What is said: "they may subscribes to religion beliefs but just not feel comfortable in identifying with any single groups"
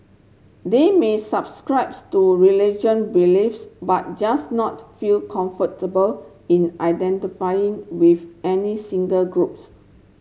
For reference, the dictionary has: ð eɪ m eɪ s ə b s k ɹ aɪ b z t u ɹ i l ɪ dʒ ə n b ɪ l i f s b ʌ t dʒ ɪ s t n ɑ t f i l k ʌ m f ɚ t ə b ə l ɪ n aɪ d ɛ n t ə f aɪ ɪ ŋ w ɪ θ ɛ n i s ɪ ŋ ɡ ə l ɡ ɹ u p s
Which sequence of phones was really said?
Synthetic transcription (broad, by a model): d eɪ m eɪ s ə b s k ɹ aɪ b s t u ɹ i l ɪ dʒ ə n b ɪ l i f s b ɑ t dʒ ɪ s n ɑ t f i l k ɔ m f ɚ t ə b ə l ɪ n aɪ d ɛ n t ə f aɪ ɪ ŋ w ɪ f ɛ n i s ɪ ŋ ɡ ə l ɡ ɹ u p s